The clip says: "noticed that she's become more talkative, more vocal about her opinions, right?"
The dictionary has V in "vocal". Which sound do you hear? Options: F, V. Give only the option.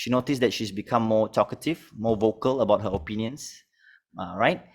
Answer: V